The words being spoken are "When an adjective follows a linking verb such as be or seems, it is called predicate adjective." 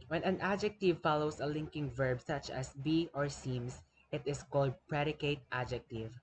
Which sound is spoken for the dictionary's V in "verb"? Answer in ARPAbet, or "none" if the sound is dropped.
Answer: V